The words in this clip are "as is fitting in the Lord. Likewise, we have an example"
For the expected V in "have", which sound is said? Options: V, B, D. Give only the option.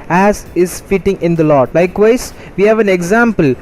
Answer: V